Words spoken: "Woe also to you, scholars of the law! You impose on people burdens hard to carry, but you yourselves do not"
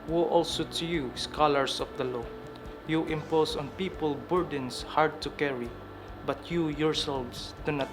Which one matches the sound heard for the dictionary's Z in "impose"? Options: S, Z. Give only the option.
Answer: S